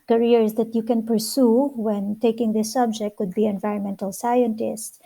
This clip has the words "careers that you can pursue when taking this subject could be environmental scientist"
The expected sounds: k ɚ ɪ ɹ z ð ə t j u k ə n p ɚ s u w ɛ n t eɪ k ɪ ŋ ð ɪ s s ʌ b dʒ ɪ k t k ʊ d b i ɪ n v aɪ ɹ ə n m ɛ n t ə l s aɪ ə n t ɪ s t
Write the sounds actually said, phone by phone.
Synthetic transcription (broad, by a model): k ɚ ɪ ɹ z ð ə t j u k ə n p ɚ s u w ɛ n t eɪ k ɪ ŋ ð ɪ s s ʌ b dʒ ɪ k t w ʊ d b i ɪ n v aɪ ɹ ə n m ɛ n t ə l s aɪ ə n t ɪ s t